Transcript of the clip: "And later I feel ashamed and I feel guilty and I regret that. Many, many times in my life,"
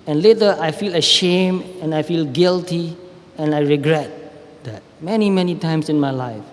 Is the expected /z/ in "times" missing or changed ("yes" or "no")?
yes